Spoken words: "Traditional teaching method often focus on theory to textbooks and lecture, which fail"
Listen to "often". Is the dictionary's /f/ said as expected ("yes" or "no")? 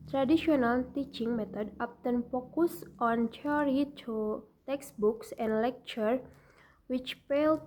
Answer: no